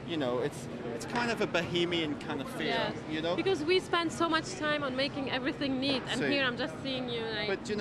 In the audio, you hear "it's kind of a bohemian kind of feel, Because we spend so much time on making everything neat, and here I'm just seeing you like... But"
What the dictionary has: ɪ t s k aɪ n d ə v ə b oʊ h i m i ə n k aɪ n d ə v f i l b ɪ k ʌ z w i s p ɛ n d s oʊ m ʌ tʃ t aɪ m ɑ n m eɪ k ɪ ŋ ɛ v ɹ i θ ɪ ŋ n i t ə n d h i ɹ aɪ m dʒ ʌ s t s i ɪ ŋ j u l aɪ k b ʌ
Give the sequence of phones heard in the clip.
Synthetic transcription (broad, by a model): ɪ t s k aɪ n d ə v ə b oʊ h i m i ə n k aɪ n d ə v f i n b ɪ k ʌ z w i s p ɛ n d s oʊ m ʌ tʃ t aɪ m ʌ n m eɪ k ɪ ŋ ɛ v ɹ i θ ɪ ŋ n i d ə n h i ɹ aɪ m dʒ ʌ s t s i ɪ ŋ j u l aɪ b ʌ